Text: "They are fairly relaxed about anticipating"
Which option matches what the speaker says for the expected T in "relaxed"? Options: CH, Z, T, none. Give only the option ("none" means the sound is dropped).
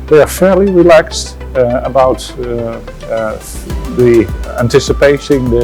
T